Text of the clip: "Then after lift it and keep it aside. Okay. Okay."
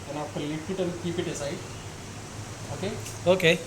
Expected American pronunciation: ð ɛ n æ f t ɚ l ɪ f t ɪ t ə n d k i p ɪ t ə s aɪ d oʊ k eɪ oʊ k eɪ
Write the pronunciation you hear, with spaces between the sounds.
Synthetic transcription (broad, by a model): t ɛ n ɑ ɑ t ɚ l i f t ɪ t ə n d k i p ɪ t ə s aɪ oʊ k eɪ oʊ k eɪ